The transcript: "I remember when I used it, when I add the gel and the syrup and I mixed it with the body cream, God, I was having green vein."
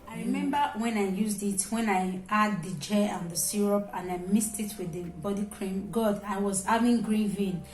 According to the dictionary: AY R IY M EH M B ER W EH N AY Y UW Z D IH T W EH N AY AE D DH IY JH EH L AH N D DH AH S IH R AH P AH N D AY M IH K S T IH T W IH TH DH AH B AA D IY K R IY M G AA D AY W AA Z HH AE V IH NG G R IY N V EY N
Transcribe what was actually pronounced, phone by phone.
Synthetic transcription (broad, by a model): AY R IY M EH M B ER W EH N AY Y UW Z D IH T W EH N AY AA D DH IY JH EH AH N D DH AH S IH R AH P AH N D AY M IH S T IH T W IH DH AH B AA D IY K R IY M G AA D AY W AA Z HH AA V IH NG G R IY N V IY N